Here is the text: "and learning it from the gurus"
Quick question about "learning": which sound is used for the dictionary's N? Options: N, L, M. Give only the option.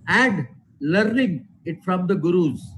N